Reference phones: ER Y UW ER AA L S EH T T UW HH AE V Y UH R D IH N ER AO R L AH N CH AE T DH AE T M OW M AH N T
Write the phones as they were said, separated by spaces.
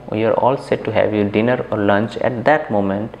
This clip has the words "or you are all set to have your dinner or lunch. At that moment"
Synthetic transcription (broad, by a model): Y UW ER AA L S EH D T UW HH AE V Y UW D IH N ER AO R L AH N CH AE T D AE T M OW M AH N T